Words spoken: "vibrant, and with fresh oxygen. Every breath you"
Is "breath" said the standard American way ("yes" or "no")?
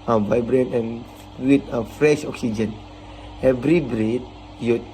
no